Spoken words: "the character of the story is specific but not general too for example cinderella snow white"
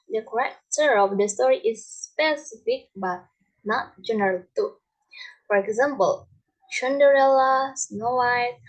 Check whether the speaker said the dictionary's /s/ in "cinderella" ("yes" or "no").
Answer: no